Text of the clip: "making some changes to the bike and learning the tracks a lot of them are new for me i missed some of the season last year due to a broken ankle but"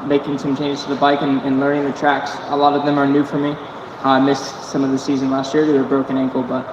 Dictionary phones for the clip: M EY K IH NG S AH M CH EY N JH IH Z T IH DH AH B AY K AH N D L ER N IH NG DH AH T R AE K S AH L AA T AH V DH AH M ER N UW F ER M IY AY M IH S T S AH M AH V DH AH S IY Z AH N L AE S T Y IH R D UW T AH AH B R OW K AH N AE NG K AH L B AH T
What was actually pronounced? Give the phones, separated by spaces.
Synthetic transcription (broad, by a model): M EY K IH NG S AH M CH EY N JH T IH DH AH B AY K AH N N L ER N IH NG DH AH T R AE K S AH L AA T AH V DH AH M ER N UW F ER M IY AY M IH S S AH M AH V DH AH S IY Z AH N L AE S T Y IH R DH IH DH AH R B R OW K AH N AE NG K L B AH T